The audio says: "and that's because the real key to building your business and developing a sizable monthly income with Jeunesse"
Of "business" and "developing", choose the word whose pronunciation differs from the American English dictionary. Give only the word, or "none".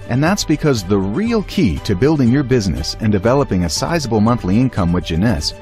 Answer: none